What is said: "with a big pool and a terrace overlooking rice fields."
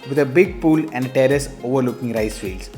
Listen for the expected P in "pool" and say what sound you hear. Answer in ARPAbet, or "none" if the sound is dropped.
P